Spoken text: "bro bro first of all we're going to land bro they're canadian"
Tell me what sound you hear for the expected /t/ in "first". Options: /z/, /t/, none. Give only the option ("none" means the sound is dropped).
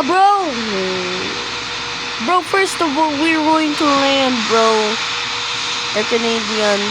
/t/